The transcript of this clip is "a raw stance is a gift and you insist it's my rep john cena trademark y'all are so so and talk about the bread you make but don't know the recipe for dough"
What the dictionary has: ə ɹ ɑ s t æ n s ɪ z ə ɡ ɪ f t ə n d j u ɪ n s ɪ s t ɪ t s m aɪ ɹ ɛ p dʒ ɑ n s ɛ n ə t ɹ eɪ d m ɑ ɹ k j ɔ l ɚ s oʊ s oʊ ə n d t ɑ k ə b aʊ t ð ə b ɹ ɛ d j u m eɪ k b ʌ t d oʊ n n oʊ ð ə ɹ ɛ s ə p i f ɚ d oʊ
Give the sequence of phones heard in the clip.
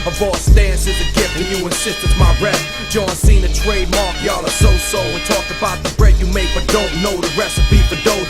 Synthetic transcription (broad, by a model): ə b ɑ s t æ n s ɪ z ə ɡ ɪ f ə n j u ɪ n s ɪ s t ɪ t m aɪ ɹ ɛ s dʒ ɑ n s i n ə t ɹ eɪ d m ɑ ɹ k j ɔ l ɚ s oʊ s oʊ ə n t ɑ k ə b aʊ t ð ə b ɹ ɛ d j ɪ m eɪ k b ʌ t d oʊ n n oʊ ð ə ɹ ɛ s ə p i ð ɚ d oʊ